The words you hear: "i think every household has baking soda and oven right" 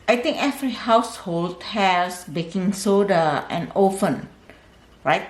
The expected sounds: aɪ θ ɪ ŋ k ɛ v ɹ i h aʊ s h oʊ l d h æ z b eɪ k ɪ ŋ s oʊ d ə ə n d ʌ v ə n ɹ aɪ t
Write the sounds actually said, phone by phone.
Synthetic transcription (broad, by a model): aɪ t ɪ ŋ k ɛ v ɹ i h aʊ s h oʊ l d h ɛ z b eɪ k ɪ ŋ s oʊ d ə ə n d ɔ f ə n ɹ aɪ t